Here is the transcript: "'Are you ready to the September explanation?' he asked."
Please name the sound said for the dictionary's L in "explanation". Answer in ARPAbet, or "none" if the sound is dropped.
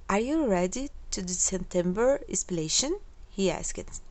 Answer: none